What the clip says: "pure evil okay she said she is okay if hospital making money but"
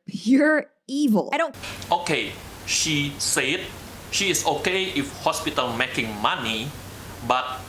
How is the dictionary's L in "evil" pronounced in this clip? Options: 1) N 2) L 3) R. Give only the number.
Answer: 1